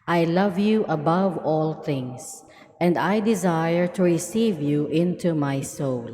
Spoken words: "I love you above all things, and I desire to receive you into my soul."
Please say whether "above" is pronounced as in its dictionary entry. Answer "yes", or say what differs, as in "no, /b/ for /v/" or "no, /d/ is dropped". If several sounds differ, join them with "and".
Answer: yes